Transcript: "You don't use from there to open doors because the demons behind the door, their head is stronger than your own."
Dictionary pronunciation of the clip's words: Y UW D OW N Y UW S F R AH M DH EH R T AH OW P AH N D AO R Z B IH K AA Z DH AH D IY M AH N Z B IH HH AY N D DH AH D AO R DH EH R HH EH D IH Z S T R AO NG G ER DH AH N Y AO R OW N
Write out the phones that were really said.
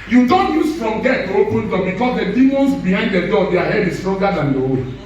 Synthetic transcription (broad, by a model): Y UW D OW N Y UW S F R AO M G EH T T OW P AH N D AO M B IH K AA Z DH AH D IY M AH N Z B IH HH AY N D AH D AO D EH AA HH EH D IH S T R AO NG G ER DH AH N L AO W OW